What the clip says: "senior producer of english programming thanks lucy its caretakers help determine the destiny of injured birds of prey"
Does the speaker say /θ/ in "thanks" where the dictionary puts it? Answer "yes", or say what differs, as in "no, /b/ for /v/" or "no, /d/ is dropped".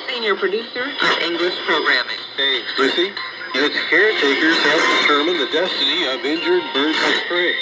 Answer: no, /s/ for /θ/